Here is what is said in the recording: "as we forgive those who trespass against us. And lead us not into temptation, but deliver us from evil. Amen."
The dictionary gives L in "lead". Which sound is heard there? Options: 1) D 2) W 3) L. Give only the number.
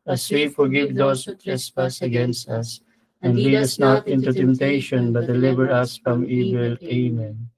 2